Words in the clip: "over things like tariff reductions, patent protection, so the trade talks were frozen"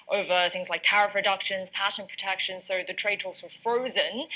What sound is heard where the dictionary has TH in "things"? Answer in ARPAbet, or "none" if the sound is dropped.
TH